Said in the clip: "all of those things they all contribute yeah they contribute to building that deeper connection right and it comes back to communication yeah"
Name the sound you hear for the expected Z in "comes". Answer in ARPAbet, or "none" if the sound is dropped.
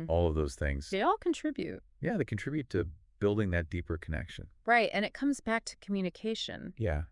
Z